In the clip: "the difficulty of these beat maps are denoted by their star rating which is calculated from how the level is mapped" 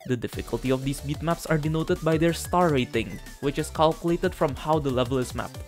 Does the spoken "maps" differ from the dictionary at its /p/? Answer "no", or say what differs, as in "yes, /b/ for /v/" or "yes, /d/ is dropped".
no